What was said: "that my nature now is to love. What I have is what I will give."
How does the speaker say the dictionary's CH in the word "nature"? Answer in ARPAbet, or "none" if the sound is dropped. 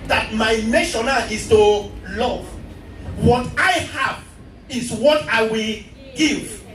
SH